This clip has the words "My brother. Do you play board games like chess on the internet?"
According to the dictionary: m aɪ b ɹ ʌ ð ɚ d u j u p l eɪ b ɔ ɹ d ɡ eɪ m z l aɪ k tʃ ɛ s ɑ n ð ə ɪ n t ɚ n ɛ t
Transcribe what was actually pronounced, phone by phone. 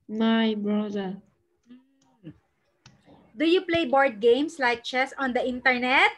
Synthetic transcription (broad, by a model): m aɪ b ɹ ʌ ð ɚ d u j u p l eɪ b ɔ ɹ d ɡ eɪ m s l aɪ k tʃ ɛ s ɑ n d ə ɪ n t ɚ n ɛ t